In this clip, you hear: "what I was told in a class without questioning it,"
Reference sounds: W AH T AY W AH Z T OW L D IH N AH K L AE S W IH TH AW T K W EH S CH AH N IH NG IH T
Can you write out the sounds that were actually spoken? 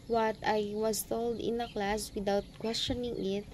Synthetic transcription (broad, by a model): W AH T AY W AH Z T OW L D IH N AH K L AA S W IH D AW T K W EH S CH AH N IH NG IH T